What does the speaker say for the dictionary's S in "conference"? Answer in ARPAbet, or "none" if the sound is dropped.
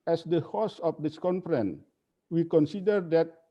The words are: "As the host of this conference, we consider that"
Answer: none